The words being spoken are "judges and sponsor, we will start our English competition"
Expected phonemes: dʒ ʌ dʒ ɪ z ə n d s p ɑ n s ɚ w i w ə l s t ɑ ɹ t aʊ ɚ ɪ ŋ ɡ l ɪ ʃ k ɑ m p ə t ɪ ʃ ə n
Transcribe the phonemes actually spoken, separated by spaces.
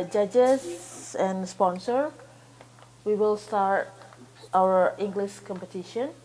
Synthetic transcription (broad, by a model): dʒ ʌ dʒ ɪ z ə n s p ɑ n s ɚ w i w ə l s t ɑ ɹ t aʊ ɚ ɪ ŋ ɡ l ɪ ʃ k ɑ m p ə t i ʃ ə n